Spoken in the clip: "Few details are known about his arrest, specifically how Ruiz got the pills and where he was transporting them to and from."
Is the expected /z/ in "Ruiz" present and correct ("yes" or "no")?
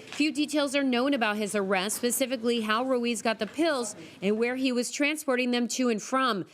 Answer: yes